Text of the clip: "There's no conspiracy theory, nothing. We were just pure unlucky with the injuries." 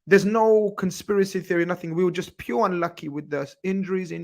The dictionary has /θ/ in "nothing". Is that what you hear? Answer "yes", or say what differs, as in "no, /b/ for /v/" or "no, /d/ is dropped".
yes